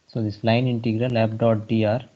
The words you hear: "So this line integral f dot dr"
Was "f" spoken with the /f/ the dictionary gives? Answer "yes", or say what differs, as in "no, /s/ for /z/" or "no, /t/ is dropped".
no, /p/ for /f/